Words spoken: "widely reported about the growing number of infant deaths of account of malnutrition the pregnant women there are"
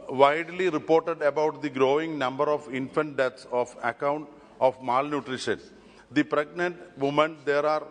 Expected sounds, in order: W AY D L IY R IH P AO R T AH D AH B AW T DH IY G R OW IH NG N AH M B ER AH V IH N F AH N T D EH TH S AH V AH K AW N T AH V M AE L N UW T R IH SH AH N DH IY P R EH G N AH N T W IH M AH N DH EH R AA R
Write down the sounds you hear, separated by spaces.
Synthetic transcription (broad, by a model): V AY D L IY R IH P AO R T AH D AH B AW T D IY G R OW IH NG N AH M B ER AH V IH N F AH N T D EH T S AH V AH K AW N T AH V M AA L N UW T R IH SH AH N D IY P R EH G N AH N T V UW M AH N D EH R AA R